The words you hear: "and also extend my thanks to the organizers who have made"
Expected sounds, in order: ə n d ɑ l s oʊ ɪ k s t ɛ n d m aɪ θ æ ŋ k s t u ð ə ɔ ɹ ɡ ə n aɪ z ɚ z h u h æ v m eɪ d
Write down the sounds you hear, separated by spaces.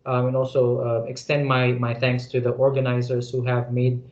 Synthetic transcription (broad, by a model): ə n ɑ l s oʊ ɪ k s t ɛ n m m aɪ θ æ ŋ k s t u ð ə ɔ ɹ ɡ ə n aɪ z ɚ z h u h æ v m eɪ d